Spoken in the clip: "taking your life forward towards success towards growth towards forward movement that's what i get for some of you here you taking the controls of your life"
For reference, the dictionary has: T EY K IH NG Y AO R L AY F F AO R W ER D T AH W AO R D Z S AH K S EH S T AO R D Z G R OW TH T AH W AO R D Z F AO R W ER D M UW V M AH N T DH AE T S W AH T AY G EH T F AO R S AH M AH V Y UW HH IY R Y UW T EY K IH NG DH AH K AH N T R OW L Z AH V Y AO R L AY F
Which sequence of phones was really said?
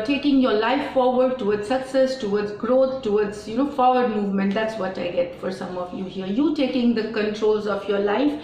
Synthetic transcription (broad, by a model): T EY K IH NG Y AO R L AY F F AO R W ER D T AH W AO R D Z S AH K S EH S T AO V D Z G R OW T T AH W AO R D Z F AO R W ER D M UW V M AH N T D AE T S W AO T AY G EH T F AO R S AH M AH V Y UW HH IY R Y UW T EY K IH NG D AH K AH N T R OW L Z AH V Y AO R L AY F